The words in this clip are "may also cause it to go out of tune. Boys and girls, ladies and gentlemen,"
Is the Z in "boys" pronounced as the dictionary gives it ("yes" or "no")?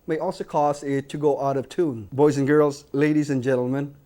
yes